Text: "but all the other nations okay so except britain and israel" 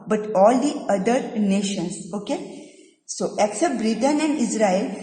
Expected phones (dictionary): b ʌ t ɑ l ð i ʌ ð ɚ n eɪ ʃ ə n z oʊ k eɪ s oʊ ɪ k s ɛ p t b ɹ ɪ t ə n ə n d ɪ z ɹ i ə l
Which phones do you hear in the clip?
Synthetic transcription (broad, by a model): b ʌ t ɑ l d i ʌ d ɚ n eɪ ʃ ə n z oʊ k eɪ s oʊ ɪ k s ɛ p t b ɹ ɪ t ə n ə n d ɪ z ɹ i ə l